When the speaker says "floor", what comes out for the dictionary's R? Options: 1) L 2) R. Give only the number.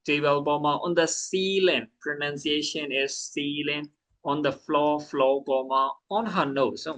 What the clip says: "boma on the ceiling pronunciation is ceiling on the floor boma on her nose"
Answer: 1